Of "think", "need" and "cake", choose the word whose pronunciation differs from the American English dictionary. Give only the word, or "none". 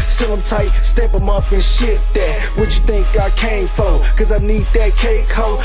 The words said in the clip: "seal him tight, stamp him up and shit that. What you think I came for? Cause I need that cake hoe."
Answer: none